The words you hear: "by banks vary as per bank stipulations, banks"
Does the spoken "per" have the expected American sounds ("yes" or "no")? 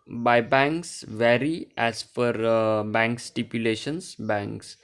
no